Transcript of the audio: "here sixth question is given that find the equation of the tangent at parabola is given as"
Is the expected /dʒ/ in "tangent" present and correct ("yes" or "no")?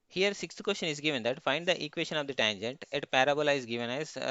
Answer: yes